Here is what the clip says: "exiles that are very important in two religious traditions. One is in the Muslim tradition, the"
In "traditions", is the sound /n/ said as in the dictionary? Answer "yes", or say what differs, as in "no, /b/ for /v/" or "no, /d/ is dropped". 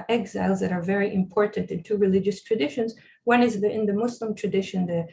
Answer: yes